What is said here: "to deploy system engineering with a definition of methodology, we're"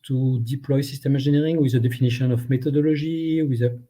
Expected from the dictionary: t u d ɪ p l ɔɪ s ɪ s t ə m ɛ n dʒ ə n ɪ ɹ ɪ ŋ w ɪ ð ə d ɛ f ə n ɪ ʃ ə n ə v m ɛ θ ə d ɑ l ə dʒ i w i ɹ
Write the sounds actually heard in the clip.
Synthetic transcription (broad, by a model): t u d ɪ p l ɔɪ s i s t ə m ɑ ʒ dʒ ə n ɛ ɹ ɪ ŋ w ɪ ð ə d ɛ f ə n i ʃ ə n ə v m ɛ t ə d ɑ l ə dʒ i w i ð